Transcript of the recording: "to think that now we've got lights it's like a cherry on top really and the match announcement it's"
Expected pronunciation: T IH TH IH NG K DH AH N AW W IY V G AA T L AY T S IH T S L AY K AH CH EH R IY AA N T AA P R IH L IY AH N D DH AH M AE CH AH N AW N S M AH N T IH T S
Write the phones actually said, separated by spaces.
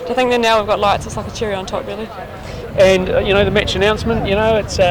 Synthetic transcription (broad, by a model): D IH TH IH NG K DH AH N AW W IY V G AA T L AY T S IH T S L AY K AH CH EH R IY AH N T AA P R IH L IY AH N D DH AH M AE CH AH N AW N S M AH N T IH T S